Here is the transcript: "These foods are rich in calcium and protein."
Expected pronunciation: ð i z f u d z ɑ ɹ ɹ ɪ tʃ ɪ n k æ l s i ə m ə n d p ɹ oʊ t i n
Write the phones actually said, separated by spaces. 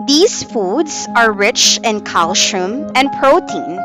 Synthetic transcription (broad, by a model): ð i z f u d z ɑ ɹ ɹ ɪ tʃ ɪ n k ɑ l ʃ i m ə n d p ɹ oʊ t i n